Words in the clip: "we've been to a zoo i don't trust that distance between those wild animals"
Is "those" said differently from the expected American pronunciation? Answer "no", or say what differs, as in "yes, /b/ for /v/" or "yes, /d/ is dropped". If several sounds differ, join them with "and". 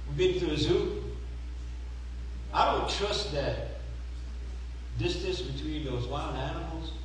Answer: no